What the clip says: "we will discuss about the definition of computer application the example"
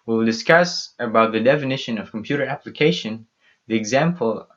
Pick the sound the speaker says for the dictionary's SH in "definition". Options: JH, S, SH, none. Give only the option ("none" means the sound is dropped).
SH